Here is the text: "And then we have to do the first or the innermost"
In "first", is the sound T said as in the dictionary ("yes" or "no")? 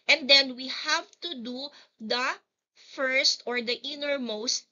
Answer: yes